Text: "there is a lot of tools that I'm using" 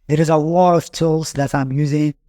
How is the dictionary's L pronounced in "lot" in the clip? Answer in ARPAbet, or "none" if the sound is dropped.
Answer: W